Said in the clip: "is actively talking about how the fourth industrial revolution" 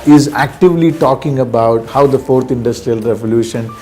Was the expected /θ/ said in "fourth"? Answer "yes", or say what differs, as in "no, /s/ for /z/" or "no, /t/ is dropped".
no, /t/ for /θ/